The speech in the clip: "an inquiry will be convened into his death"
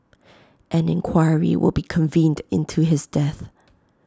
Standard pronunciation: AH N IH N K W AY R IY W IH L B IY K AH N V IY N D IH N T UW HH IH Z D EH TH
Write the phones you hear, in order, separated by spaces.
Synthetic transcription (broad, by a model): AH N IH N K W AY R IY W IH L B IY K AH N V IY N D IH N T UW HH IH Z D EH TH